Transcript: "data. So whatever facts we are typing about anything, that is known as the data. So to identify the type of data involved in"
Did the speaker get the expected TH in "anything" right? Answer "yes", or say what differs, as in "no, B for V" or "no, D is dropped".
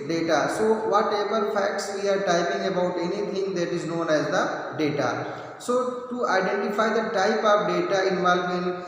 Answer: no, T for TH